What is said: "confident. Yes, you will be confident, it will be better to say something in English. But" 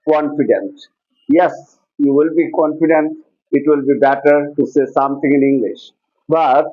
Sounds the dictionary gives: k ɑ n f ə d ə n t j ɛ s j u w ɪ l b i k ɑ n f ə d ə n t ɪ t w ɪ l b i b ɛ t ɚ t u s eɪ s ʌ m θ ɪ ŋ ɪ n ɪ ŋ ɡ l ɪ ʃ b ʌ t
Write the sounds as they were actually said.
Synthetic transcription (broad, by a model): k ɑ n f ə d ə n t j ɛ s j u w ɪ l b i k ɑ n f ə d ə n t ɪ t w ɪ l b i b ɛ t ɚ t u s eɪ s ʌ m t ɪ ŋ ɪ n ɪ ŋ ɡ l ɪ ʃ b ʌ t